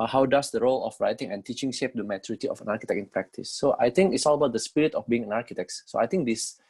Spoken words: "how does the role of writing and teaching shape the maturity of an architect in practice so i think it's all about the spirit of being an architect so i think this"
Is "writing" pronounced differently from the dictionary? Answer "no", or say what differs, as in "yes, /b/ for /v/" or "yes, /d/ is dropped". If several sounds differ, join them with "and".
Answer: no